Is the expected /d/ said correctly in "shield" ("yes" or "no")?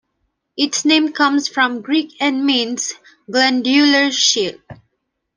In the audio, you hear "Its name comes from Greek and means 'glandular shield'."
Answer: no